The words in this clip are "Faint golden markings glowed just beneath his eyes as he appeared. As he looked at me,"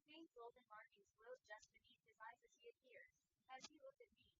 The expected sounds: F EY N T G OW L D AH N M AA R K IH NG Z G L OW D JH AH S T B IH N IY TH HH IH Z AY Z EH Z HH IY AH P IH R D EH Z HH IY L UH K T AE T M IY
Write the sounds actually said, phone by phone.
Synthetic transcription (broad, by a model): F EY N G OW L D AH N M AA R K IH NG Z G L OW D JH AH S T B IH N IY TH HH IH Z AY Z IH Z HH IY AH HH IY R IH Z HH IY L UH K T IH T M IY